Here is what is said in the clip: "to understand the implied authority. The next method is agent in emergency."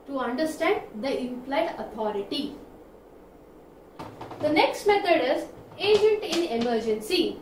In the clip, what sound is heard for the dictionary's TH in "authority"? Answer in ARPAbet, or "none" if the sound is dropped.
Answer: T